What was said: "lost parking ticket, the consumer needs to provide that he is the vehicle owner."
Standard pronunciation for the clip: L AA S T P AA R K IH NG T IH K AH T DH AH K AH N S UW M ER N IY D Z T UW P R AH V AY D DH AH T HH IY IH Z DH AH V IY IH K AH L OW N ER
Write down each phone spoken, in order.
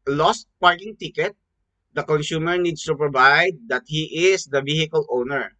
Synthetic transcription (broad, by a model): L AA S T P AA R K IH NG T IH K AH T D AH K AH N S UW M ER N IY D S T UW P R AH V AY D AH T HH IY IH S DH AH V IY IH K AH L OW N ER